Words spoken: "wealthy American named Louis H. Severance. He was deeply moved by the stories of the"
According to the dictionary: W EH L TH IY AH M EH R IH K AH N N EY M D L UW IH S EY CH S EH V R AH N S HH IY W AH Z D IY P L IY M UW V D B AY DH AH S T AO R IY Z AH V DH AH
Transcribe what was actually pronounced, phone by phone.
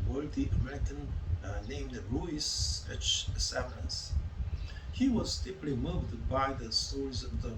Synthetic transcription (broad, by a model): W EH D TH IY AH M EH R IH K AH N N EY M D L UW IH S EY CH S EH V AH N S HH IY W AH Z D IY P L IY M UW V D B AY DH AH S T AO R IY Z AH V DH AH